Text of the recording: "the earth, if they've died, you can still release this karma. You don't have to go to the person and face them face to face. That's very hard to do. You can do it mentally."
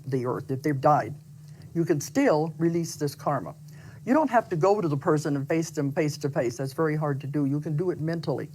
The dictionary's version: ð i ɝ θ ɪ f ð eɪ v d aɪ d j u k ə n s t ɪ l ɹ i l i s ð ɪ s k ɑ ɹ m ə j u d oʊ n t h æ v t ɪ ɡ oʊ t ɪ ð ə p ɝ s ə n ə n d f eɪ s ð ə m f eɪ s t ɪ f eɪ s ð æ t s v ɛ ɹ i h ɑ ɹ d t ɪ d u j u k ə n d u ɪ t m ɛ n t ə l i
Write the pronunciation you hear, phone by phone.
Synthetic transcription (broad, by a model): ð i ɝ θ ɪ f ð eɪ v d aɪ d j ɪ k ə n s t ɪ l ɹ i l i s ð ɪ s k ɑ ɹ m ə j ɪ d oʊ n t h æ f t ɪ ɡ oʊ t ɪ ð ə p ɝ s ə n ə n f eɪ s ð ə m f eɪ s t ɪ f eɪ s ð æ t s v ɛ ɹ i h ɑ ɹ d t ɪ d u j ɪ k ə n d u ɪ t m ɛ n t l i